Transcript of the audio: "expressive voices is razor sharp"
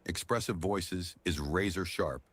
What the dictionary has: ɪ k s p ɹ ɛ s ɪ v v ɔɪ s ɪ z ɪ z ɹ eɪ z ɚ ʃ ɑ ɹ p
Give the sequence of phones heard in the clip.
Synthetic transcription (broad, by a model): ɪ k s p ɹ ɛ s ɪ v v ɔɪ s ɪ z ɪ z ɹ eɪ z ɚ ʃ ɑ ɹ p